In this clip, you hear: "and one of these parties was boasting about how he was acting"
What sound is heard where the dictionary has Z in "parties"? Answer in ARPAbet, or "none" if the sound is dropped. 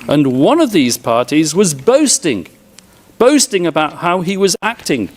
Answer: Z